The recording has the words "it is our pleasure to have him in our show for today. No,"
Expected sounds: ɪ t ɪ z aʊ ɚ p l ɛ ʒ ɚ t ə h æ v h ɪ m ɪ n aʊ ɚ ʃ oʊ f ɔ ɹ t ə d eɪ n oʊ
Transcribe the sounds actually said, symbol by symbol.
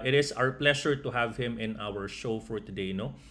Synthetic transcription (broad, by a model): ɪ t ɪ s aʊ ɚ p l ɛ ʃ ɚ t ə h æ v h ɪ m ɪ n aʊ ɚ ʃ oʊ f ɔ ɹ t ə d eɪ n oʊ